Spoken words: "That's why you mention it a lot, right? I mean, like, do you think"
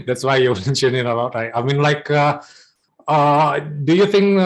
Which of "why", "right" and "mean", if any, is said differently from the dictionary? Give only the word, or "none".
right